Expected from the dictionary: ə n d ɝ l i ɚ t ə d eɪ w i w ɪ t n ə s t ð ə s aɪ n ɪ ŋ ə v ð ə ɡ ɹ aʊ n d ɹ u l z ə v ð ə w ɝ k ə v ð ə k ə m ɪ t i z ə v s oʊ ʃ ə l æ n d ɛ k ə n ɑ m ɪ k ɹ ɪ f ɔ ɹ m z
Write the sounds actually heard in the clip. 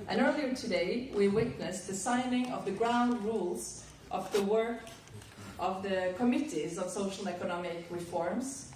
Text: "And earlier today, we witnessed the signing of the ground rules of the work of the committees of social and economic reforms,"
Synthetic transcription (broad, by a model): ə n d ɝ l i ɚ t ə d eɪ w i w ɪ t n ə s ð ə s aɪ n ɪ ŋ ə v ð ə ɡ ɹ aʊ n d ɹ u l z ə v ð ə w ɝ k ə v ð ə k ə m ɪ t i z ə v s oʊ ʃ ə l ɛ k ə n ɑ m ɪ k ɹ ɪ f ɔ ɹ m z